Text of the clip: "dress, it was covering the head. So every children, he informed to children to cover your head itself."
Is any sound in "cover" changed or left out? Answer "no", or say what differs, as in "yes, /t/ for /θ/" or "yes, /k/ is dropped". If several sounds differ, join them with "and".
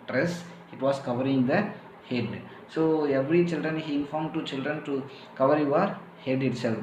no